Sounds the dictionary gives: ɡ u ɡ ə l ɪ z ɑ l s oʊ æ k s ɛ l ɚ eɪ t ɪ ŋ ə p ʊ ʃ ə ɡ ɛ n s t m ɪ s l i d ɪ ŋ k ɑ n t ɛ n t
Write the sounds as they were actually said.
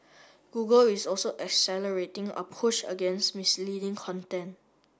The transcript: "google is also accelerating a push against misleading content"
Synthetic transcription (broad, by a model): ɡ u ɡ ə l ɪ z ɑ l s oʊ æ k s ɛ l ɚ eɪ t ɪ ŋ ə p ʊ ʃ ə ɡ ɛ n s t m ɪ s l i d ɪ ŋ k ɑ n t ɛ n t